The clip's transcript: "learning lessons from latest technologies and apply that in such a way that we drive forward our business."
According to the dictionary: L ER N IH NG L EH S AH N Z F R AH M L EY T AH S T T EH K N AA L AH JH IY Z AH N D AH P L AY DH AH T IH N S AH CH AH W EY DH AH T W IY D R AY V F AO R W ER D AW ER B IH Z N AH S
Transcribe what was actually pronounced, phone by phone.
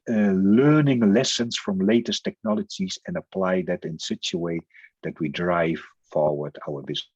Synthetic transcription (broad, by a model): L ER N IH NG L EH S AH N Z F R AH M L EY T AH S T T EH K N AA L AH JH IY Z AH N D AH P L AY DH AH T IH N S AH CH AH W EY DH AH T W IY D R AY V F AO R W ER D AW ER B IH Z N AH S